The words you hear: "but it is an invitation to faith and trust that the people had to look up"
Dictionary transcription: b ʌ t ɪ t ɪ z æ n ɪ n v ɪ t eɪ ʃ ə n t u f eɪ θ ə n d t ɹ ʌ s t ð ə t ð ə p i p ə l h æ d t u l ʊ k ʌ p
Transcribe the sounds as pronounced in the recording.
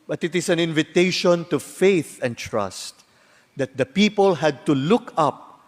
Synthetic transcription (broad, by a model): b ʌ t ɪ t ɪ s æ n ɪ n v ɪ t eɪ ʃ ə n t u f eɪ θ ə n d t ɹ ʌ s t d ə t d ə p i p ə l h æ d t u l ʊ k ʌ p